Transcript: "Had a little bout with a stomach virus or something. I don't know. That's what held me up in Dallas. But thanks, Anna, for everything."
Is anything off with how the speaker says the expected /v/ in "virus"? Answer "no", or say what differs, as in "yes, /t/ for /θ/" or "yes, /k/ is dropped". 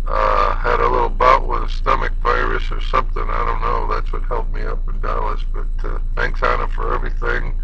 yes, /p/ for /v/